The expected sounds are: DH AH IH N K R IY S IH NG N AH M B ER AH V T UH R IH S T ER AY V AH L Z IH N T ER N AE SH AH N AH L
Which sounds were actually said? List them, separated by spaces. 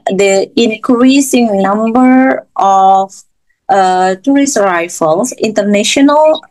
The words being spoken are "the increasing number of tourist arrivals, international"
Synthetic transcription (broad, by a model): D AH IH N K R IY S IH NG N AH M B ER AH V T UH R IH S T AY F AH L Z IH N T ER N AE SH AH N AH L